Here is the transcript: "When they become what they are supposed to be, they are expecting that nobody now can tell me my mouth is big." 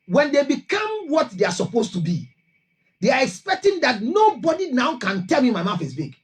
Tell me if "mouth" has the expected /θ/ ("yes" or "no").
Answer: no